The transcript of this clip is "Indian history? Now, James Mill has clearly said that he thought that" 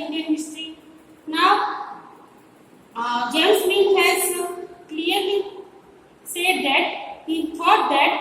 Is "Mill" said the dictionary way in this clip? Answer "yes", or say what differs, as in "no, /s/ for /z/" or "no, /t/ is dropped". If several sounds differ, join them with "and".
no, /n/ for /l/